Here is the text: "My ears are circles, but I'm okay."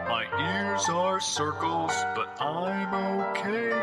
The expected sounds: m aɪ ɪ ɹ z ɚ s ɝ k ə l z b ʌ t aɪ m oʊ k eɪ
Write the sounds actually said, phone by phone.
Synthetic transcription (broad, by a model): m aɪ ɪ ɹ z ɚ s ɝ k ə l z b ʌ t aɪ m oʊ k eɪ